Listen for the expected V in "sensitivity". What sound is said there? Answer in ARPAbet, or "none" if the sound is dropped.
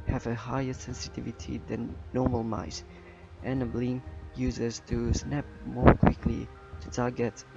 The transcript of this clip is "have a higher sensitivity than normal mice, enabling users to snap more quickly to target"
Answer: V